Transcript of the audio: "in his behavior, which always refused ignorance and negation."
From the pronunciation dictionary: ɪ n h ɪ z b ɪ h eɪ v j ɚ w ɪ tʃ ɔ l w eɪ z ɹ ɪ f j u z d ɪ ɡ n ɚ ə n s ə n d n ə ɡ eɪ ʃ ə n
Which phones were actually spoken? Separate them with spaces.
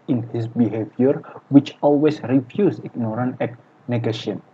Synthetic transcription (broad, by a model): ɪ n h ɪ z b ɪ h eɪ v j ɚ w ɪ tʃ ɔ l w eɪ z ɹ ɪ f j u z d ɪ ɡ n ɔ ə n ə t n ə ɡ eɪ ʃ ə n